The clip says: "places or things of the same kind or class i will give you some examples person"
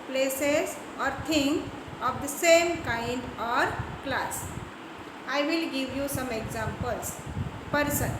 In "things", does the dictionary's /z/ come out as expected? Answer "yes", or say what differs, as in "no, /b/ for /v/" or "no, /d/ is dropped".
no, /z/ is dropped